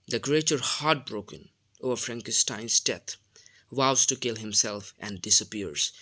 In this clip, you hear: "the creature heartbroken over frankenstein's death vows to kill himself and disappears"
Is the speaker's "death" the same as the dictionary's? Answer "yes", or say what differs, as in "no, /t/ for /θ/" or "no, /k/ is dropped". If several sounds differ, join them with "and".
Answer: no, /t/ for /θ/